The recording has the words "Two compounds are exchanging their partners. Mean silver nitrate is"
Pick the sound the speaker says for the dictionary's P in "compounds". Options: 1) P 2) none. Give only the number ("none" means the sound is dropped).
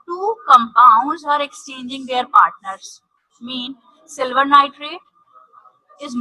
1